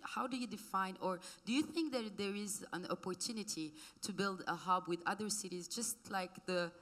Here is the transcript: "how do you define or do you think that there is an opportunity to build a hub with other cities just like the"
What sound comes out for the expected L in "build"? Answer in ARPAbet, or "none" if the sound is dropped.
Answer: L